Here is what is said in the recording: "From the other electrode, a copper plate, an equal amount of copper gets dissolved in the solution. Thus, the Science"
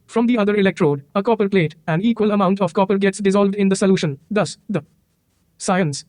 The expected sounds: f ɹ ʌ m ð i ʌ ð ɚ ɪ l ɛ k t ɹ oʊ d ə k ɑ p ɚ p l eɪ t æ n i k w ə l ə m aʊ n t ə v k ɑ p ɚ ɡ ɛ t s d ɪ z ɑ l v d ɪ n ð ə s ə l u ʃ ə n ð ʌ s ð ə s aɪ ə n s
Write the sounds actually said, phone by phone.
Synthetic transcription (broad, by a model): f ɹ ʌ m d i ʌ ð ɚ ɪ l ɛ k t ɹ oʊ d ə k ɑ p ɚ p l eɪ t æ n i k w ə l ə m aʊ n t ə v k ɑ p ɚ ɡ ɛ t s d ɪ z ɑ l v d ɪ n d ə s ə l u ʃ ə n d ʌ s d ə s aɪ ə n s